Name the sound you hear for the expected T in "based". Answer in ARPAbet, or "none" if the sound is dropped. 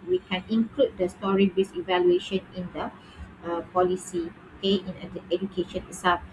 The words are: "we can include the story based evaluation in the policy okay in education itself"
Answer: none